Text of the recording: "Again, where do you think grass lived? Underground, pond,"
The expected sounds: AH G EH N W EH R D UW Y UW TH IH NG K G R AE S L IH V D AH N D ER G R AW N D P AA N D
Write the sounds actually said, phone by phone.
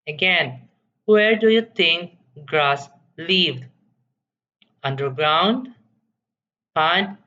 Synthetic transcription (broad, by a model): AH G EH N W EH R D UW Y UW T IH NG K G R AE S L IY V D AH N D ER G R AW N D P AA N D